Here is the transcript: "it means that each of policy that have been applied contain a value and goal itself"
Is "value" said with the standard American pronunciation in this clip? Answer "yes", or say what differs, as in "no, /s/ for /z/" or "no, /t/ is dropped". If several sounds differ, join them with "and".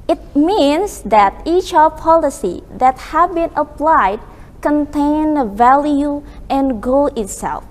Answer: yes